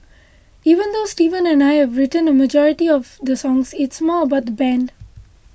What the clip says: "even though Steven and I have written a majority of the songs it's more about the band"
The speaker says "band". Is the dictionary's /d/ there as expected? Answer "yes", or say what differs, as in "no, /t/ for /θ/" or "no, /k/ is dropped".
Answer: yes